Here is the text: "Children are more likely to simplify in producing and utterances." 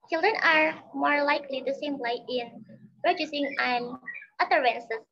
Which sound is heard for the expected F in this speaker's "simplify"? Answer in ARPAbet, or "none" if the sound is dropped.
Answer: none